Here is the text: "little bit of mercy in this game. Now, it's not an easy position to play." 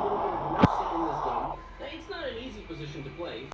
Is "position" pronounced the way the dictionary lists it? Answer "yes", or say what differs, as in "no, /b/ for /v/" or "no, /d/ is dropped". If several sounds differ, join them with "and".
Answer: yes